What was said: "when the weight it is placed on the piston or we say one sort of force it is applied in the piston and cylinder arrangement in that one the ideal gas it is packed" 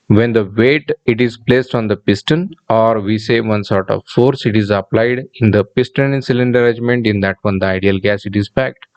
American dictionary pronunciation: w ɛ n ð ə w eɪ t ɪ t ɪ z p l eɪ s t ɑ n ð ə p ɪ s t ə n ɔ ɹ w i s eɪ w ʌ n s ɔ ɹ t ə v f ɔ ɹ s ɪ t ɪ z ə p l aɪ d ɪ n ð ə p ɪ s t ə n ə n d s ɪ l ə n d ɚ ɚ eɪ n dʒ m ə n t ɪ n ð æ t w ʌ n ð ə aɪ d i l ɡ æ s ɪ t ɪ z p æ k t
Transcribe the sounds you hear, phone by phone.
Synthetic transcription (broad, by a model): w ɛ n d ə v eɪ t ɪ t ɪ z p l eɪ s t ɑ n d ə p ɪ s t ə n ɔ ɹ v i s eɪ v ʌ n s ɔ ɹ t ə v f ɔ ɹ s ɪ t ɪ z ə p l aɪ d ɪ n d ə p ɪ s t ə n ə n s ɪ l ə n d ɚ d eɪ dʒ m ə n t ɪ n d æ t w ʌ n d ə aɪ d i l ɡ æ s ɪ t ɪ z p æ k t